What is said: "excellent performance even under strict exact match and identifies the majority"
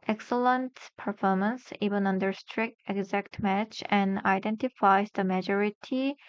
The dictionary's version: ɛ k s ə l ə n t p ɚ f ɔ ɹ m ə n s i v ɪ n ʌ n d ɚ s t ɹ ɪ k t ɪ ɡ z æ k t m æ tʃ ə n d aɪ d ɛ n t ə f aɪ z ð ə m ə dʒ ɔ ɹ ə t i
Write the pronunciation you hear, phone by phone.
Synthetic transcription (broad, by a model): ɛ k s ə l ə n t p ɚ f ɔ ɹ m ə n s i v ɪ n ʌ n d ɚ s t ɹ ɪ k t ɪ ɡ z æ k t m æ tʃ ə n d aɪ d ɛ n t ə f aɪ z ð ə m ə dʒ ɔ ɹ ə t i